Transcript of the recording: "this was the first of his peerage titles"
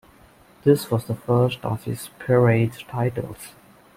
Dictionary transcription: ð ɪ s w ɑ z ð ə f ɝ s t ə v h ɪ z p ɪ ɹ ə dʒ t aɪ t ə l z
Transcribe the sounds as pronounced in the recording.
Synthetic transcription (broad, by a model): ð ɪ s w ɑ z ð ə f ɝ s t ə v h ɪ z p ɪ ɹ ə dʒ t aɪ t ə l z